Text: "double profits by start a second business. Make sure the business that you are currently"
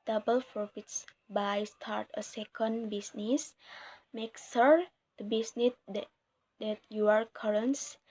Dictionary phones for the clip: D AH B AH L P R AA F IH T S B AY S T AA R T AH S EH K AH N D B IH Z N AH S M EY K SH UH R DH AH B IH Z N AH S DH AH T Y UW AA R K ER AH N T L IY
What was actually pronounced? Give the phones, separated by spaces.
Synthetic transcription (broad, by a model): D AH B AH L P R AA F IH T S B AY S T AA R T AH S EH K AH N D B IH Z N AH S M EY K S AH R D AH B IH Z N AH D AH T Y UW AA R K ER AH N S